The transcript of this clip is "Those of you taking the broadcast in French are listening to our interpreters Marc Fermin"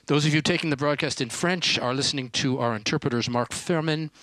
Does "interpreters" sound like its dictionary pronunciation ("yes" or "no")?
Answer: yes